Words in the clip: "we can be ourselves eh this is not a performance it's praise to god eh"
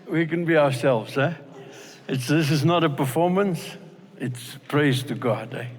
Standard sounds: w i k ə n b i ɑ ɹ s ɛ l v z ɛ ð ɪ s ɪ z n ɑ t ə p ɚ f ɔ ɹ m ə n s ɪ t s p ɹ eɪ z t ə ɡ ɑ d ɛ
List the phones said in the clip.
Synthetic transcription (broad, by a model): w i k ə n b i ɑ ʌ s ɛ l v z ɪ ð ɪ s ɪ z n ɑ t ə p ɚ f ɔ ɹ m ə n s ɪ t s p ɹ eɪ z t ə ɡ ɑ d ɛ